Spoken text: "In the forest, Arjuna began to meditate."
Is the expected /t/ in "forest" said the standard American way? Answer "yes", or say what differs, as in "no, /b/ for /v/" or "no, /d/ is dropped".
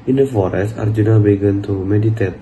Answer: no, /t/ is dropped